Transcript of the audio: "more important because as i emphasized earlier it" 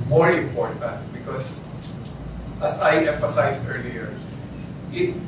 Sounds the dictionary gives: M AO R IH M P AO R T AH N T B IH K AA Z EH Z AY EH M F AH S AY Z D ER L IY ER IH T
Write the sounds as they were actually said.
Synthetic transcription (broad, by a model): M AO R IH M P AO R T AH N T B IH K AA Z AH S AY EH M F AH S AY S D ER L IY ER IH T